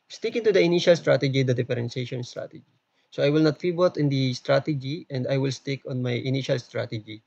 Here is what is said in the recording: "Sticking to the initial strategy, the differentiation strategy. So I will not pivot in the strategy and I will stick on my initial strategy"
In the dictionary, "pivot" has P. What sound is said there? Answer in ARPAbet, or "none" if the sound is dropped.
F